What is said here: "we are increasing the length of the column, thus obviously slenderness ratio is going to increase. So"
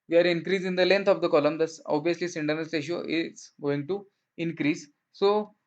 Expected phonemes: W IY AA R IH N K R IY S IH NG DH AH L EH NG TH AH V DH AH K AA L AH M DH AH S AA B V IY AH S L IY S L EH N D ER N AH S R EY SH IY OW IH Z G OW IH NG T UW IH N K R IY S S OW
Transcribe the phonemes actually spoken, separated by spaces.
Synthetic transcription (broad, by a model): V IY AA R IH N K R IY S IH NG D AH L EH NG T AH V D AH K AA L AH M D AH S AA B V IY AH S L IY S IH N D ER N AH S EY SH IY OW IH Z G OW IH NG T UW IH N K R IY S S OW